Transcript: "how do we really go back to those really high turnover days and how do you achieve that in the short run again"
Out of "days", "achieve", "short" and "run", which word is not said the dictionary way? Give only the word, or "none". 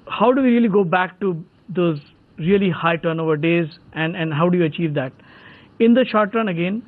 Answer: none